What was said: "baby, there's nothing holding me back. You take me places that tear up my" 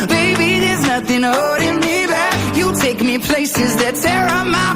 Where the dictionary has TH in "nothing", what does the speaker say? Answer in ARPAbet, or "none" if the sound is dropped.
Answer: TH